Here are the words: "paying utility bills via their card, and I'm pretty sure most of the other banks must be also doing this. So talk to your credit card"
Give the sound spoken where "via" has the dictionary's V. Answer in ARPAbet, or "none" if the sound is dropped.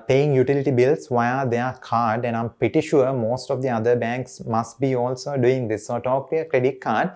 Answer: V